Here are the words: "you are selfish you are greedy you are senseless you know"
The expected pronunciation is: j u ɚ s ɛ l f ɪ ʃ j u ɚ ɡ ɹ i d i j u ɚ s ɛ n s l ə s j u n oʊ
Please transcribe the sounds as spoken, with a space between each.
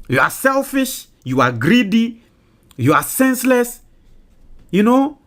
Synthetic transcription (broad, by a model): j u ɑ s ɛ l f ɪ ʃ j u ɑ ɡ ɹ i d i j u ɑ s ɛ n s l ə s j u n oʊ